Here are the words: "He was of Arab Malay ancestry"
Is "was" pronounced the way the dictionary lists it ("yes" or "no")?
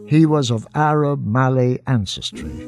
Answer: yes